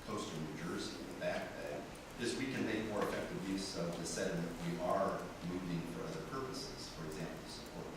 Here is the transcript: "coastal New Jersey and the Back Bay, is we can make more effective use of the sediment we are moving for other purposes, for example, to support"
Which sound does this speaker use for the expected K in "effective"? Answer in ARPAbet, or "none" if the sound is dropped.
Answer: K